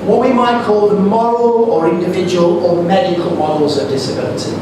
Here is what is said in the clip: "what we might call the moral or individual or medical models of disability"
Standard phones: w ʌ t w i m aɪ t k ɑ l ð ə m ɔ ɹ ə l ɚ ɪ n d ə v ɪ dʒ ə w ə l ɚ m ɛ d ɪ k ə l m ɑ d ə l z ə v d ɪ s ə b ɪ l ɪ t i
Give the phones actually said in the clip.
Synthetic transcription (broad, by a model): w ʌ t w i m aɪ t k ɑ l m ɔ ɹ ə l ɚ ɪ n d ə v ɪ dʒ ə w ə l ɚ m ɛ d ɪ k ə l m ɑ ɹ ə l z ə d ɪ s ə b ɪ l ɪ t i